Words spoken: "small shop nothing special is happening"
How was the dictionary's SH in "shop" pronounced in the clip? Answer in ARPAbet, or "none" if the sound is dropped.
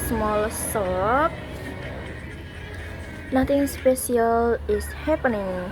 S